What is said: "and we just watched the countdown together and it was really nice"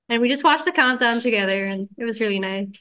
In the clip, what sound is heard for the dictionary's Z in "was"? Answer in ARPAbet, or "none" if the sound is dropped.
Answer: Z